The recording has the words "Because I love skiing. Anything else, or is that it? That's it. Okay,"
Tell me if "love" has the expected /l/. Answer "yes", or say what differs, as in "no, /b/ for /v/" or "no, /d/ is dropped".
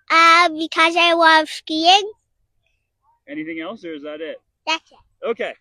no, /w/ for /l/